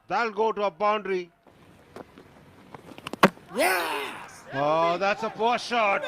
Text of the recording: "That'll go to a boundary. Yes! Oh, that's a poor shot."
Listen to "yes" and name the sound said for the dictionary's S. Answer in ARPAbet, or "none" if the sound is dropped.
none